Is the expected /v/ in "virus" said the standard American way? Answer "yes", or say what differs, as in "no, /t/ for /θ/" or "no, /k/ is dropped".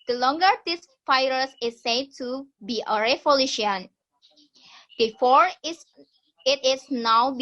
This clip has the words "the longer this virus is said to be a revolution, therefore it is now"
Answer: no, /f/ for /v/